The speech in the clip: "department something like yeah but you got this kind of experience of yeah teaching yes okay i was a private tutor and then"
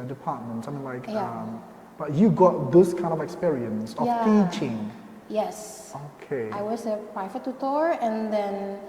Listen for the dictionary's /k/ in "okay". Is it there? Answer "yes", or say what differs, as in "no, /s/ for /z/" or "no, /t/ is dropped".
yes